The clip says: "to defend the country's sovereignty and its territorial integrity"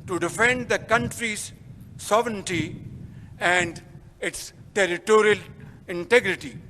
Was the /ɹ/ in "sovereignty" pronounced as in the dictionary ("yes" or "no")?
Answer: yes